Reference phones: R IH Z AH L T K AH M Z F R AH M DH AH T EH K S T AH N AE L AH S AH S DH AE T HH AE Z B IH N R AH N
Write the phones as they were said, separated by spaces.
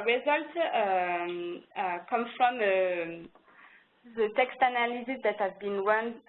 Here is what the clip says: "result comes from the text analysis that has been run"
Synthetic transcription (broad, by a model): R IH Z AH L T K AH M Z F R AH M DH AH T EH K S T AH N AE L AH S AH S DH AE T HH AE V B IH N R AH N